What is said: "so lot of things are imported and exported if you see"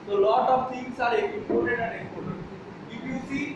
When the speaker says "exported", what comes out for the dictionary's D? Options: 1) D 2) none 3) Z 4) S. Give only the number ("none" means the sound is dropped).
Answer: 2